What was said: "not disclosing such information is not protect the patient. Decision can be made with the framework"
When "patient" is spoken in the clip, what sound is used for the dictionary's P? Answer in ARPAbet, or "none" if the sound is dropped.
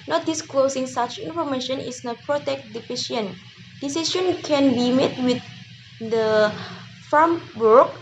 F